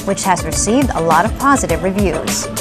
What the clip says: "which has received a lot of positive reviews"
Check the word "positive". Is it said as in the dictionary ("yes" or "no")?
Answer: yes